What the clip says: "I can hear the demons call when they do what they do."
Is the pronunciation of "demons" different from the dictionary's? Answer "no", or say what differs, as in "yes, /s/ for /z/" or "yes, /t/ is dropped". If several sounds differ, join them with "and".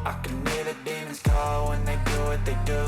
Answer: yes, /n/ is dropped